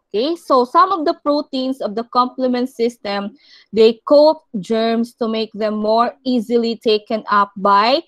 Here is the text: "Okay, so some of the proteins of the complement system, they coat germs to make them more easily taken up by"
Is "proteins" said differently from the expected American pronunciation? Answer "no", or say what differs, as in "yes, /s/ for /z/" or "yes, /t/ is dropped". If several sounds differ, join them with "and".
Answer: yes, /s/ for /z/